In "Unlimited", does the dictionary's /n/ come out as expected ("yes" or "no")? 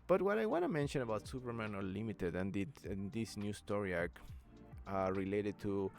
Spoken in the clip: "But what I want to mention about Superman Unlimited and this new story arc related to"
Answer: no